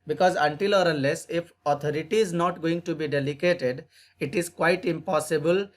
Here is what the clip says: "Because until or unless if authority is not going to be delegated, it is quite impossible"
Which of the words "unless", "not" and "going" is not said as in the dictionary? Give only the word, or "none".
unless